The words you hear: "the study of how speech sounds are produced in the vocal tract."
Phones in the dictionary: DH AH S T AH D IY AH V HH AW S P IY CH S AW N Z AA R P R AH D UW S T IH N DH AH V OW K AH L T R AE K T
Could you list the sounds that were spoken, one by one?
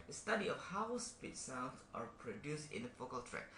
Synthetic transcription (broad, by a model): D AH S T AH D IY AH F HH AW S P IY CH S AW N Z AA R P R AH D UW S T IH N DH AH F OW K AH L T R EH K